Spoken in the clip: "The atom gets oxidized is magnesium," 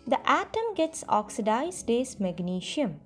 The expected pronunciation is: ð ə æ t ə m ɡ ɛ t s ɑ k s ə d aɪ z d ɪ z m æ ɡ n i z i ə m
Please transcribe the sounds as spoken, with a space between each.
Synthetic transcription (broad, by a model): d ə æ t ə m ɡ ɛ t s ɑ k s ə d aɪ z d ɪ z m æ ɡ n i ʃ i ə m